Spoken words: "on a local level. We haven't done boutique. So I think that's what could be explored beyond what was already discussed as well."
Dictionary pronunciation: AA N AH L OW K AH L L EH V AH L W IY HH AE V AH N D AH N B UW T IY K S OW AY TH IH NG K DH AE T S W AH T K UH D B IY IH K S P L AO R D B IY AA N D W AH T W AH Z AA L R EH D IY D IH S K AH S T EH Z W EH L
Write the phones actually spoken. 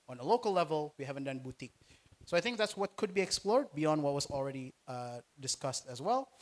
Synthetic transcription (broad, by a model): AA N AH L OW K AH L L EH V AH L W IY HH AE V AH N D AH N B UW T IY K S OW AY TH IH NG K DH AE T S W AH T K UH D B IY IH K S P L AO R D B IY AA N D W AH T W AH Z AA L R EH D IY D IH S K AH S T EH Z W EH L